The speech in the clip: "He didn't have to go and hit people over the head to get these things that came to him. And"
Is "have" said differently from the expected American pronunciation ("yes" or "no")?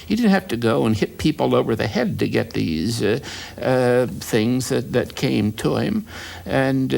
yes